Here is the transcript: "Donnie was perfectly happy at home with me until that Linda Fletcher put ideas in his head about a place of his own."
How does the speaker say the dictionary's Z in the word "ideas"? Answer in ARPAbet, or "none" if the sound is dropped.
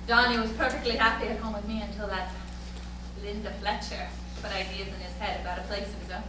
Z